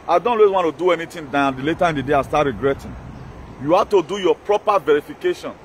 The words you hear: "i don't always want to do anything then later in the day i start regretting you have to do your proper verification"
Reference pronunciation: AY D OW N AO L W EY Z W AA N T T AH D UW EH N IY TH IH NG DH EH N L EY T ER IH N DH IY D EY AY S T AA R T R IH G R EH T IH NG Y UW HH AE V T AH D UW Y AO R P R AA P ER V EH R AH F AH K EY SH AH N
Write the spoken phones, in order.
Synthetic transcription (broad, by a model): AY D OW N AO W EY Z W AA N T T AH D UW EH N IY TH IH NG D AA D L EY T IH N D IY D EY AY S T AA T R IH G R EH T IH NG Y UW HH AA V T AH D UW Y AO P R AA P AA V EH R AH F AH K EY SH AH N